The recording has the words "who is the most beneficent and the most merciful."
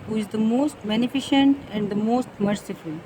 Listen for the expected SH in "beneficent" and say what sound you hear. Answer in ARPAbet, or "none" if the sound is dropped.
SH